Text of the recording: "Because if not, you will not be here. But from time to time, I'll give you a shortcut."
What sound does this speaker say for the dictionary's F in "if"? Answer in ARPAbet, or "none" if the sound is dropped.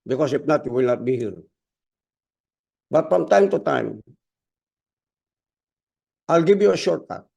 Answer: P